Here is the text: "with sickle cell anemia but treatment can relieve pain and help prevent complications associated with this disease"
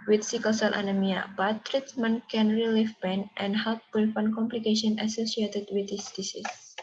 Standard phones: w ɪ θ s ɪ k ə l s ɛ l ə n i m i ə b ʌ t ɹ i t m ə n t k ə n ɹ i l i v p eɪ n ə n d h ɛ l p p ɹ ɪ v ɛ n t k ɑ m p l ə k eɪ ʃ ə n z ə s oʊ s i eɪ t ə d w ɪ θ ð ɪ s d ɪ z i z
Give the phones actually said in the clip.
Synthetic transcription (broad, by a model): w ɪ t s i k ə s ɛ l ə n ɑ m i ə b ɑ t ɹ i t m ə n k ə n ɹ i l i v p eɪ n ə n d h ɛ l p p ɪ f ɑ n k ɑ m p l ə k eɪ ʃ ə n ə s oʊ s i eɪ t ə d w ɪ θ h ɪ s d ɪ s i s